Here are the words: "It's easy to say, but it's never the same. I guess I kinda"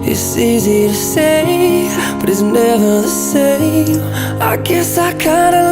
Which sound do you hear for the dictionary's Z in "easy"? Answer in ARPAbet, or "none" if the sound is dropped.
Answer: Z